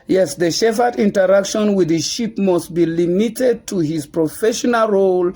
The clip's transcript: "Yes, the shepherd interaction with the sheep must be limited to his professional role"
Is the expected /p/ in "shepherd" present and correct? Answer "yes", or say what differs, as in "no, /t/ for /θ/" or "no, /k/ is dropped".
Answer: no, /f/ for /p/